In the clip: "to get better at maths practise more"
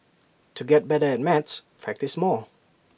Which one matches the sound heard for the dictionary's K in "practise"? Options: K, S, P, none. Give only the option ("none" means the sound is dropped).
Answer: K